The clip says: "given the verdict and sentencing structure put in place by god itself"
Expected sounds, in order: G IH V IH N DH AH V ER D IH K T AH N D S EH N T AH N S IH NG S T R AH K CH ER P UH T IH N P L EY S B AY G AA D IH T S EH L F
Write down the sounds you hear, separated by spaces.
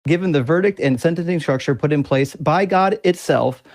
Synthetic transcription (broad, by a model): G IH V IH N DH AH V ER D IH K T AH N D S EH N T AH N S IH NG S T R AH K CH ER P UH T IH N P L EY S B AY G AA D IH T S EH L F